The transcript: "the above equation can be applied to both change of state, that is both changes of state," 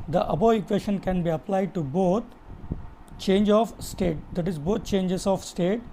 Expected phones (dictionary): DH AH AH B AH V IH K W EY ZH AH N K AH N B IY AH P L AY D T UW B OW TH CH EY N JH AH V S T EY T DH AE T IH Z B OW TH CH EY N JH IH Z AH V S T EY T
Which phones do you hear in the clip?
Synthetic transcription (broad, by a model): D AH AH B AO IH K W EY SH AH N K AH N B IY AH P L AY D T UW B OW T CH EY N JH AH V S T EY T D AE T IH Z B OW T CH EY N JH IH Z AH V S T EY T